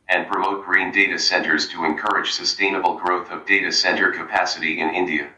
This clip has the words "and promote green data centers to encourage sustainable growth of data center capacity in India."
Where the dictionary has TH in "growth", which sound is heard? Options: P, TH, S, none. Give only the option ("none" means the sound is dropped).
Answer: TH